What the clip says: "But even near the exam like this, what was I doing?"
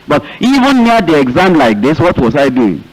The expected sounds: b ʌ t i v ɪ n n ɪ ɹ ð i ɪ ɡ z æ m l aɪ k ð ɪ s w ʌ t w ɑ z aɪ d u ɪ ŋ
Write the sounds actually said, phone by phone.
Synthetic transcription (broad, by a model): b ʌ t i v ɪ n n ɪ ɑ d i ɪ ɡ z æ m l aɪ k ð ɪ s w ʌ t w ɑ s aɪ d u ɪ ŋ